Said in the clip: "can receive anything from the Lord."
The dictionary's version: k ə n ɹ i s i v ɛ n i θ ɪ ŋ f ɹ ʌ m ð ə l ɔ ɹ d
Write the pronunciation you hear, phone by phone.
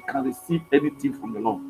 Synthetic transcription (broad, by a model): k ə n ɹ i s i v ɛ n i t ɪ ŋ f ɹ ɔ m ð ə l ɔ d